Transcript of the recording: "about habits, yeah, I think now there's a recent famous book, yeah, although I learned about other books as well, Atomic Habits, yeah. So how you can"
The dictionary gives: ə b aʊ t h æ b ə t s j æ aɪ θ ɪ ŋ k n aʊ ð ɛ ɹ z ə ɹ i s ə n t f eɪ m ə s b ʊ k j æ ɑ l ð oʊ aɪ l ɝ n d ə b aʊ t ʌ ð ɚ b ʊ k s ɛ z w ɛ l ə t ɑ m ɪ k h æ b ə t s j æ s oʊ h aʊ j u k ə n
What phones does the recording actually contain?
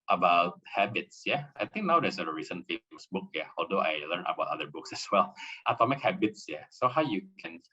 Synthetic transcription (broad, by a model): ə b aʊ t h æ b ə t s j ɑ aɪ t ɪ ŋ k n aʊ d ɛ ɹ s ə ɹ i s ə n f eɪ m ə s b ʊ k j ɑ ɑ l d oʊ aɪ l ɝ n ə b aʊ t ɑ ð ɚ b ʊ k s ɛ s w ɛ l ə t ɑ m ɪ k h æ b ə t s j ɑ s oʊ h aʊ j u k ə n